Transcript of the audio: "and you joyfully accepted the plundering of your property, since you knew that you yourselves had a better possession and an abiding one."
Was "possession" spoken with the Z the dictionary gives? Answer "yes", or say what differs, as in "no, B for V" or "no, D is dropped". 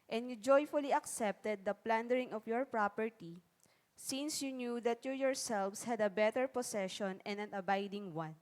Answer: no, S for Z